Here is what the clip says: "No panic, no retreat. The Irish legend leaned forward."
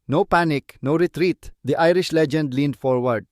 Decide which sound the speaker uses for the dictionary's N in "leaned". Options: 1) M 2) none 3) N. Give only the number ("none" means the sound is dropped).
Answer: 3